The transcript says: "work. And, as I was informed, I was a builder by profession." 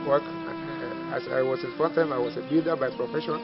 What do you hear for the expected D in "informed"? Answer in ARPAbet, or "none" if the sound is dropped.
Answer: none